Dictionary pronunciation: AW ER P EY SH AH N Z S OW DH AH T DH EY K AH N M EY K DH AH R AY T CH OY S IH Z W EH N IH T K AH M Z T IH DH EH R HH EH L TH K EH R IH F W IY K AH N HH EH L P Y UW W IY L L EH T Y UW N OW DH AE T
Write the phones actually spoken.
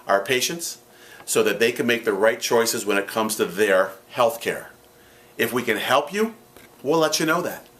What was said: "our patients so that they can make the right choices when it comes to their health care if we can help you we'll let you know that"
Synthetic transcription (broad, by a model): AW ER P EY SH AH N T S OW DH AH T DH EY K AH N M EY K DH AH R AY T CH OY S IH Z W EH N IH T K AH M Z T IH DH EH R HH EH L TH K EH R IH F W IY K AH N HH EH L P Y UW W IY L L EH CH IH N OW DH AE T